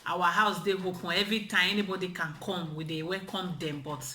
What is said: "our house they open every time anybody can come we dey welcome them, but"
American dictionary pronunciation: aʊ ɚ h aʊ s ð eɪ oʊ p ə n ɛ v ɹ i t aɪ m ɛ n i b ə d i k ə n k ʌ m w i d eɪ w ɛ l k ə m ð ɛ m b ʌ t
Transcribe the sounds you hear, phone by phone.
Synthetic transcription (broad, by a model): aʊ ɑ h aʊ s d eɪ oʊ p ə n ɛ v ɹ i t aɪ m ɛ n i b ə d i k ə n k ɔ m w i d eɪ w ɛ k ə m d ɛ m b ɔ t